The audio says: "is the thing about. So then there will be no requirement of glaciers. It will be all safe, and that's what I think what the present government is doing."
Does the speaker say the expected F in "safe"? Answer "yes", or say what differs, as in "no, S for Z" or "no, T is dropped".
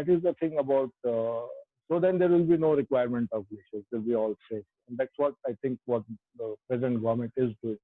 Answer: no, F is dropped